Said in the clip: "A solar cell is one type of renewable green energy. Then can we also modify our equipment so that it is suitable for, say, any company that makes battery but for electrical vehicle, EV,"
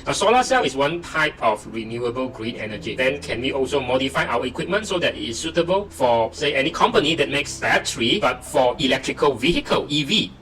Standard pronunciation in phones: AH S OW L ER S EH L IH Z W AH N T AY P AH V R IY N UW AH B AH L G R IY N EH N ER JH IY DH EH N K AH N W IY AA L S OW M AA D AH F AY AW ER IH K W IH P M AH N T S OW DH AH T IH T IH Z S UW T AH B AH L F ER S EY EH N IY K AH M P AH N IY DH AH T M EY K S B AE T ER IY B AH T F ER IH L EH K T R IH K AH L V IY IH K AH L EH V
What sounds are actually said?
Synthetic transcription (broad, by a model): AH S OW L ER S EH L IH S W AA N T AY P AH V R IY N UW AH B AH L G R IY N EH N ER JH IY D EH N K AH N W IY AA L S OW M AA D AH F AY AW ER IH K W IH P M AH N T S OW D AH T IH T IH S UW T AH B AH L F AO S EY EH N IY K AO M P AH N IY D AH T M EY K S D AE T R IY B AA T F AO IH L EH K T R IH K AH L V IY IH K AH L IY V